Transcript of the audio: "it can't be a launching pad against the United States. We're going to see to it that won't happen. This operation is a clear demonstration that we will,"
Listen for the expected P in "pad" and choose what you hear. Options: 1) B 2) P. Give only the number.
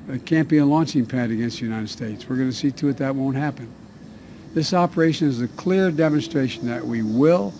2